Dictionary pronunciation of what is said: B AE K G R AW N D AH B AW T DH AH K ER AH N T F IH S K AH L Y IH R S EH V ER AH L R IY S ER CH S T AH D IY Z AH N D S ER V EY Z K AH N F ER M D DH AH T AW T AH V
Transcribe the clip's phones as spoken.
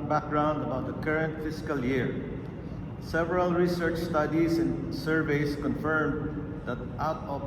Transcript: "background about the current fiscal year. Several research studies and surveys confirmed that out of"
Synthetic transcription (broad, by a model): B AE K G R AW N D AH B AW T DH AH K ER AH N T F IH S K AH L Y IH R S EH V ER AH L R IY S ER CH S T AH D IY S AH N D S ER V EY S K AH N F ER M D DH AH T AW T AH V